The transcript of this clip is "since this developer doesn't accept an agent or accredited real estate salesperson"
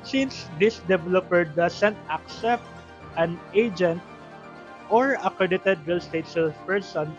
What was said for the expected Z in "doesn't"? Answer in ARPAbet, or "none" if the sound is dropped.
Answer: S